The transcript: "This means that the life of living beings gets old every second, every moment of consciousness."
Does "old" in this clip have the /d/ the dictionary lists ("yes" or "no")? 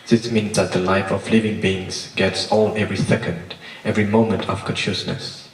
no